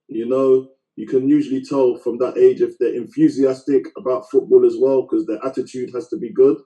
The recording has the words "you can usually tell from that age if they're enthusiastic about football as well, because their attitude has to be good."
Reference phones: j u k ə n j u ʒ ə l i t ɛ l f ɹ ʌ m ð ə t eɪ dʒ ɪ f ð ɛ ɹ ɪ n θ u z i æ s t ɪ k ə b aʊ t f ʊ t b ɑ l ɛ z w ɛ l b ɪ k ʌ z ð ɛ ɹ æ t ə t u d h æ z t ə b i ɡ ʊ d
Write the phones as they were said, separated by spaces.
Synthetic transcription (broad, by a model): j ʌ k ə n j u ʒ ə l i t ɛ l f ɹ ʌ m ð ə t eɪ dʒ ɪ f ð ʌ ɹ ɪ n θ u z i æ s t ɪ k ə b aʊ t f ʊ t b ɑ l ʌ z w ɛ l k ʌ z ð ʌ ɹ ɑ t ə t u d h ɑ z t ə b i ɡ ʊ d